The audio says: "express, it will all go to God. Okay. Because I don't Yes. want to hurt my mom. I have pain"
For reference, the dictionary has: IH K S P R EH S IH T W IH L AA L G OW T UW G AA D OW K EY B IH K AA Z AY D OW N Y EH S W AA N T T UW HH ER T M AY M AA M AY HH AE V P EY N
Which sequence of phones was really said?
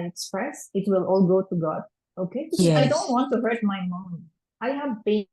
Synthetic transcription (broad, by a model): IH K S P R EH S IH T W IH L AA L G OW T UW G AA D OW K EY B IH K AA IH D OW N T W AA N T T UW HH ER T M AY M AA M AY HH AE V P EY